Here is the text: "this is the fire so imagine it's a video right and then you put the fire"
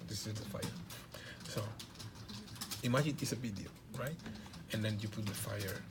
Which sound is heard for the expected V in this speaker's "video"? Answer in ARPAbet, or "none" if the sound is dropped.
B